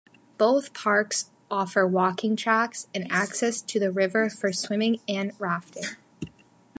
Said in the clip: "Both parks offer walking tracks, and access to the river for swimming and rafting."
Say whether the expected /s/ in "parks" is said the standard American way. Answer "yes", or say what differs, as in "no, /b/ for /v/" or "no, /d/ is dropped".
yes